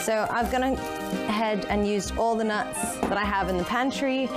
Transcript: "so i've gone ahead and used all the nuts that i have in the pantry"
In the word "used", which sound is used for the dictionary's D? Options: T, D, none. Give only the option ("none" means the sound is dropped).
none